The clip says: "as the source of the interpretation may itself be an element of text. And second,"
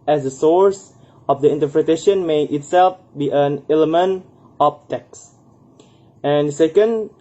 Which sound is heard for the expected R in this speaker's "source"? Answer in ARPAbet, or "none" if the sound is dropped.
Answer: R